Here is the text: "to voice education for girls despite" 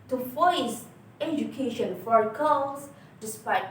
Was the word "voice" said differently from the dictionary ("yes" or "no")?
yes